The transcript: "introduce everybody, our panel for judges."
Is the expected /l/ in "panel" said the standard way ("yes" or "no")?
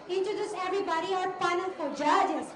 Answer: no